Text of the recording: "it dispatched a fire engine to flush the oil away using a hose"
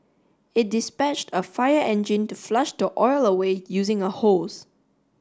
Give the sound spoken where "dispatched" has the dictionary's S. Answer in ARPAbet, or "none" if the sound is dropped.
S